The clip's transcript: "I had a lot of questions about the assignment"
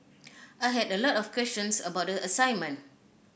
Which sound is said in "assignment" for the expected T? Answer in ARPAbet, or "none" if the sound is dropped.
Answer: none